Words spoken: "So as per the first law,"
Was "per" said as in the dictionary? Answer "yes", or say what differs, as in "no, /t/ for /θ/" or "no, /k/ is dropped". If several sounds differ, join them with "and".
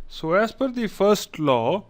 no, /f/ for /p/